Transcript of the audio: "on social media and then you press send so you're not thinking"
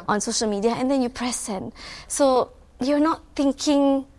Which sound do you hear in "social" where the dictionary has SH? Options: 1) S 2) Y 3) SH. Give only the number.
3